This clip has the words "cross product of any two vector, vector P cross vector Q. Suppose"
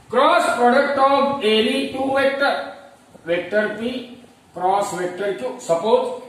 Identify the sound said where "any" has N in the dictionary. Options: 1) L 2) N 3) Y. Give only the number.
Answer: 1